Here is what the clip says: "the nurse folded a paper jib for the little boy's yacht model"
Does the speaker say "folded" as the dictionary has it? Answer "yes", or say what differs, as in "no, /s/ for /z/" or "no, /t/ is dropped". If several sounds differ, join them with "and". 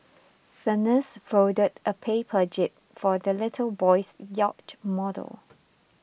no, /l/ is dropped